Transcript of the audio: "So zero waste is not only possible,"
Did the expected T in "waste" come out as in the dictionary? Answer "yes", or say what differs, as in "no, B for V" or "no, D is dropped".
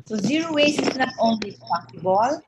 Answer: no, T is dropped